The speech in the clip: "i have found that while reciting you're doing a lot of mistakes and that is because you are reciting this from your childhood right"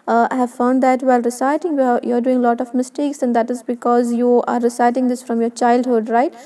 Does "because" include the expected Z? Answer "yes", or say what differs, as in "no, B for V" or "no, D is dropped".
yes